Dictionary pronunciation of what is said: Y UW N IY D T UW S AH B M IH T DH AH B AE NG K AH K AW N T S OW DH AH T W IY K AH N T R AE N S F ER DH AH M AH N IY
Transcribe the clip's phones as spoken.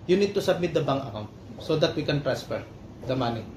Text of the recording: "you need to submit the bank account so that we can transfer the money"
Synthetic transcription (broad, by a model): Y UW N IY D T UW S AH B M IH T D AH B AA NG AH K AW N T S OW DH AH T W IY K AH N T R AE N S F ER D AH M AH N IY